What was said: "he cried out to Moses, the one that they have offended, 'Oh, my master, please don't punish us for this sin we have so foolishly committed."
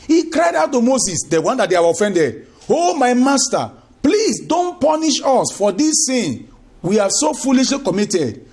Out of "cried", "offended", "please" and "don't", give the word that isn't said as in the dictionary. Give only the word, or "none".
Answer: please